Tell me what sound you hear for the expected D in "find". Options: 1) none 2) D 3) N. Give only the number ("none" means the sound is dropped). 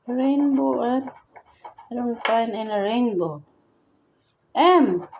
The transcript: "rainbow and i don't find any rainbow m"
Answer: 1